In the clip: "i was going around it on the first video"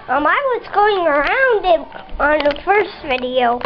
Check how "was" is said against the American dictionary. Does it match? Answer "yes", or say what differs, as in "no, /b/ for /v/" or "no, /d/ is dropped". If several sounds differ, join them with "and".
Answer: no, /s/ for /z/